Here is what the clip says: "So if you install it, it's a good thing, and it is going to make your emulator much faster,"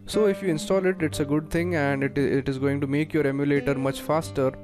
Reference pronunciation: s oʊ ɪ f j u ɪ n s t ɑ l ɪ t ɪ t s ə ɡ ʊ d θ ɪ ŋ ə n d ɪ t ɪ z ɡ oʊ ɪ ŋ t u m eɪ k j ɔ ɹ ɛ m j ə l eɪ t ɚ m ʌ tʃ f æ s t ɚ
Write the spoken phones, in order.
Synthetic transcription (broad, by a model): s oʊ ɪ f j u ɪ n s t ɑ l ɪ t ɪ t s ə ɡ ʊ d t ɪ ŋ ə n d ɪ t ɪ z ɡ oʊ ɪ ŋ t u m eɪ k j ɔ ɹ ɛ m j ə l eɪ t ɚ m ʌ tʃ f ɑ s t ɚ